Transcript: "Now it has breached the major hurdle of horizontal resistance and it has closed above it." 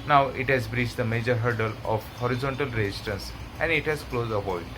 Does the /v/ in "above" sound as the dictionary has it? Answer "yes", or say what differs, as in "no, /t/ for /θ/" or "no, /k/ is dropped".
no, /v/ is dropped